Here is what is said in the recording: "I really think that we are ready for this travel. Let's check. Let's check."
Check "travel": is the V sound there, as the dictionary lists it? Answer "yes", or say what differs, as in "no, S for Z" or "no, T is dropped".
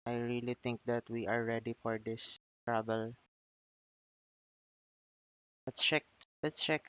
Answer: no, B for V